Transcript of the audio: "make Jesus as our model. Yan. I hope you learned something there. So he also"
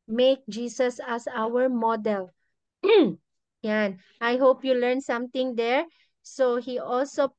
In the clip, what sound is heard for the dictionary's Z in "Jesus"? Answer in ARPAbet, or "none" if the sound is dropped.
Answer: S